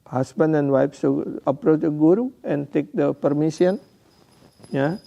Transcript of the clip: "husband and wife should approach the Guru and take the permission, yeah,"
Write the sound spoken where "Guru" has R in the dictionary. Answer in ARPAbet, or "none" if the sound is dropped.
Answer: R